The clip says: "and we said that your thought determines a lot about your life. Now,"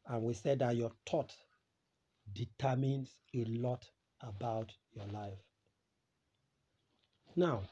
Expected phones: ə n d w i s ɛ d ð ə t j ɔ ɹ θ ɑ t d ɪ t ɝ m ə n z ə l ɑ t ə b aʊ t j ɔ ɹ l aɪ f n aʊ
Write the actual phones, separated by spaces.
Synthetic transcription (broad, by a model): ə n w i s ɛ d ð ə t j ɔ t ɑ t d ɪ t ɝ m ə n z ə l ɑ t ə b aʊ t j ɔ l aɪ f n aʊ